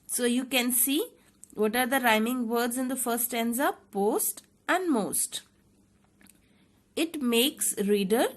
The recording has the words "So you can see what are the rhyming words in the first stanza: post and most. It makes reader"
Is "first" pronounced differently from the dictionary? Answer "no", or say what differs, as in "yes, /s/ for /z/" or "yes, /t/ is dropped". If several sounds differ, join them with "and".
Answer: yes, /s/ is dropped